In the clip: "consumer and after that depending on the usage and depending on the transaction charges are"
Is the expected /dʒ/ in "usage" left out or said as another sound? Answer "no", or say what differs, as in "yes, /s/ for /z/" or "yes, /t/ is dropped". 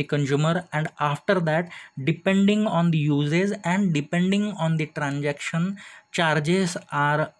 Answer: yes, /z/ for /dʒ/